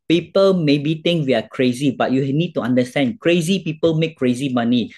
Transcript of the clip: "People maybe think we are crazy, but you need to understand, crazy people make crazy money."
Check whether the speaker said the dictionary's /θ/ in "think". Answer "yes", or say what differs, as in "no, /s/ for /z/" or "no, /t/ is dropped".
no, /t/ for /θ/